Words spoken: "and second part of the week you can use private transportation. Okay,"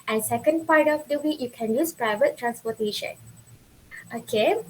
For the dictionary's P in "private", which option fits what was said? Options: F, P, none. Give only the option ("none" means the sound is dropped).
P